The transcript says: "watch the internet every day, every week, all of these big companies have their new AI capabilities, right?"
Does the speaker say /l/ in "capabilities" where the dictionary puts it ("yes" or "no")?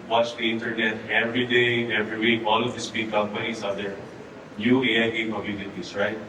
no